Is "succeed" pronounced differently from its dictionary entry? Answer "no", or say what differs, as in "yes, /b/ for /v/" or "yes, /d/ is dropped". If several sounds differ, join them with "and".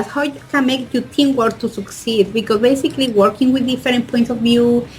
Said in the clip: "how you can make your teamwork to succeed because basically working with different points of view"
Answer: no